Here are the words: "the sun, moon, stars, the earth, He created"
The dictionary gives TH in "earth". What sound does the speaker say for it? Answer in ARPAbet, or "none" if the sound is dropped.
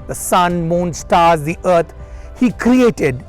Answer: T